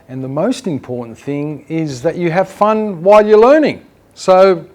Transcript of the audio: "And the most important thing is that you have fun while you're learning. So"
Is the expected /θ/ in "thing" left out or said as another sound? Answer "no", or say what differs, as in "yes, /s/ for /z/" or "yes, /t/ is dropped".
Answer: no